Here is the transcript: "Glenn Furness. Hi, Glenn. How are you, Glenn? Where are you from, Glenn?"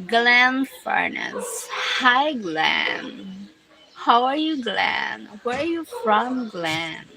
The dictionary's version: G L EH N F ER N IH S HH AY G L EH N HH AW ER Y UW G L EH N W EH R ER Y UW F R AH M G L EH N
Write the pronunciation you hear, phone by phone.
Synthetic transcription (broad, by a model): G L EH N F ER N IH S HH AY G L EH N HH AW ER Y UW G L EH N W EH R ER Y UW F R AH M G L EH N